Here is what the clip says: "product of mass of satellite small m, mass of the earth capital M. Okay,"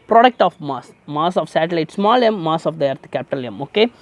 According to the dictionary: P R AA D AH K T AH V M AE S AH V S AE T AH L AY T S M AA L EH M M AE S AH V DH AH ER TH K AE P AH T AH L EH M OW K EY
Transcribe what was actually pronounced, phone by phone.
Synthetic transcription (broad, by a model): P R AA D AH K T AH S M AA S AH F S AE T AH L AY T S M AA L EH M M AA S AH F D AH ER T K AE P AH T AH L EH M OW K EY